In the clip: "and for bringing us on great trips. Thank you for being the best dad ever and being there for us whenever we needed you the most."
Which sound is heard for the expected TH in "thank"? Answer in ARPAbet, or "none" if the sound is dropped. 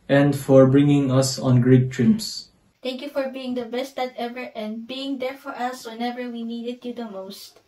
T